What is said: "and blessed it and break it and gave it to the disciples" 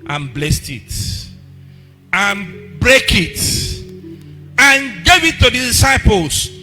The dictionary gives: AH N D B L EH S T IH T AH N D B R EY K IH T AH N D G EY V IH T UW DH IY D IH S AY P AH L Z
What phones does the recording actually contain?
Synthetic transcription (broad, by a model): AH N B L EH S T IH T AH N B R EY K IH T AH N G EY V IH T UW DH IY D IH S AY P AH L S